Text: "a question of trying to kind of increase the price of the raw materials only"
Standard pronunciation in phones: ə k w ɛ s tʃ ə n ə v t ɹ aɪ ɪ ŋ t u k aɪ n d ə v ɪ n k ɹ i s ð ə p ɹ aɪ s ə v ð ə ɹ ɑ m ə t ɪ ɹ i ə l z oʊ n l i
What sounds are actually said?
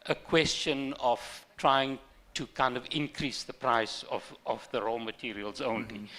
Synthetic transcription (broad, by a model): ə k w ɛ s tʃ ə n ə v t ɹ aɪ ɪ ŋ t u k aɪ n d ə v ɪ n k ɹ i s ð ə p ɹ aɪ s ə v ð ə ɹ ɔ m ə t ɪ ɹ i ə l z oʊ n l i